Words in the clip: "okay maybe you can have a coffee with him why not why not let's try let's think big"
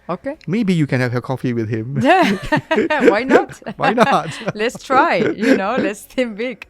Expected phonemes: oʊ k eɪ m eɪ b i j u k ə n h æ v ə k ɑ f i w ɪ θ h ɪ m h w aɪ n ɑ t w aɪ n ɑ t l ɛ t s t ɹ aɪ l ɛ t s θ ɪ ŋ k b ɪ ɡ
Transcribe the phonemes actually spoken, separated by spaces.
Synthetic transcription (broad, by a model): oʊ k eɪ m eɪ b i j u k ə n h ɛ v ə k ɑ f i w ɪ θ h ɪ m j w aɪ n ɑ t w aɪ n ɑ t l ɛ t s t ɹ aɪ l ɛ t s t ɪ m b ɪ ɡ